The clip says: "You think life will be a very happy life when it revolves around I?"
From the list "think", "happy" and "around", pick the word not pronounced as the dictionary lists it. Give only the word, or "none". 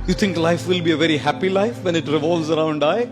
think